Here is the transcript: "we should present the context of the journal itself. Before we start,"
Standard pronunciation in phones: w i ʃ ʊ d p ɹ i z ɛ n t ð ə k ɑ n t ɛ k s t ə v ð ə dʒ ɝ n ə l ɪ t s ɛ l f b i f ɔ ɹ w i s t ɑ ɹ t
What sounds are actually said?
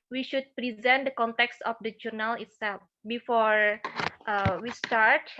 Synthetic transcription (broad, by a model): w i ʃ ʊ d p ɹ i z ɛ n t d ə k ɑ n t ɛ k s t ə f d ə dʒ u n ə l ɪ t s ɛ l f b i f ɔ ɹ w i s t ɑ ɹ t